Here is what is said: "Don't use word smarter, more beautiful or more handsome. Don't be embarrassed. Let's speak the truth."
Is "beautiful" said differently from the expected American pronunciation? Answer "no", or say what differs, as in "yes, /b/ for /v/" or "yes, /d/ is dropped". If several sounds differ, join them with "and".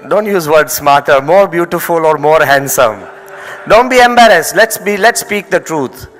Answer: no